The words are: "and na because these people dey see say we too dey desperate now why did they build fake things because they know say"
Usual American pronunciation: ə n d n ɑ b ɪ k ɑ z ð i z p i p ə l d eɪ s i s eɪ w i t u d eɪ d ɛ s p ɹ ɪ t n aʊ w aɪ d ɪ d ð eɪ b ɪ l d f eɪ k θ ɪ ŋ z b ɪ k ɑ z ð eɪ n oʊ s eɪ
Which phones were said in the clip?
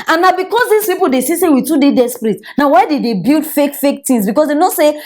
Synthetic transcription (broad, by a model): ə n n ɑ b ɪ k ɑ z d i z p i p ə l d eɪ s i s eɪ w i t u d eɪ d ɛ s p ɹ ɪ t n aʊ w aɪ d ɪ d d eɪ b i l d f eɪ k f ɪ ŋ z b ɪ k ɑ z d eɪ n oʊ s eɪ